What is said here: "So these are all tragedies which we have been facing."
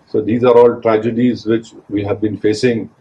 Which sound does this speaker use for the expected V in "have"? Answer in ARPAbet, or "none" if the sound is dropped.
V